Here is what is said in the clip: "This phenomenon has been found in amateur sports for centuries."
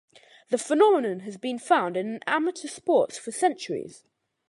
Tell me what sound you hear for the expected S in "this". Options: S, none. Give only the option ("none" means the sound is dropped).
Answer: none